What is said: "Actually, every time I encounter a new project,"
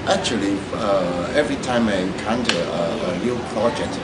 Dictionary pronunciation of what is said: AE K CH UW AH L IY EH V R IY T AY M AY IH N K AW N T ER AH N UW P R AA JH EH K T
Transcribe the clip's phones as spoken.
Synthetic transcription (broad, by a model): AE K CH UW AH L IY EH V R IY T AY M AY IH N K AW N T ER AH L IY P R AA JH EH K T